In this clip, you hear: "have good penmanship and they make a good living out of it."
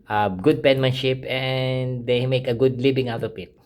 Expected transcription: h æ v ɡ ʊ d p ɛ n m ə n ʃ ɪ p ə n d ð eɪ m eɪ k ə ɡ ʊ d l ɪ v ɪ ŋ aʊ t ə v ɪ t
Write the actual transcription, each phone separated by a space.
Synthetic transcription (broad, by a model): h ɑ ɡ ʊ d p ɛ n m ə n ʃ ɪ p ə n d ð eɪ m eɪ k ə ɡ ʊ d l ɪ b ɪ ŋ aʊ t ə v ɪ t